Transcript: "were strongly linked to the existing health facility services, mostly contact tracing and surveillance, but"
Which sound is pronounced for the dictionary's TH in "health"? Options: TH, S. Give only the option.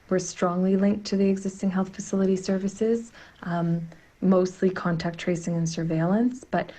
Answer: TH